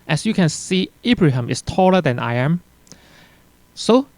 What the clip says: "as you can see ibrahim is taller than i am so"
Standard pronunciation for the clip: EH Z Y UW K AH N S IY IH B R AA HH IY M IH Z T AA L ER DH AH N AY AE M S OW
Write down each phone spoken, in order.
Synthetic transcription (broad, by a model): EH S Y UW K AH N S IY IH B R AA HH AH M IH S T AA L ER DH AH N AY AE M S OW